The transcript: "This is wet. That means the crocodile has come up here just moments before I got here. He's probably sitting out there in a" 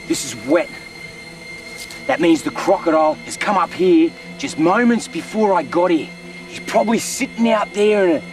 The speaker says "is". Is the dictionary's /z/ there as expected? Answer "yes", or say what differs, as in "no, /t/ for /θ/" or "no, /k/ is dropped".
yes